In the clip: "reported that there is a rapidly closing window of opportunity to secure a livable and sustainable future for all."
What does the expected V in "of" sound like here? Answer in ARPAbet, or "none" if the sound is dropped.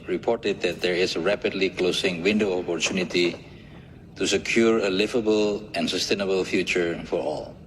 P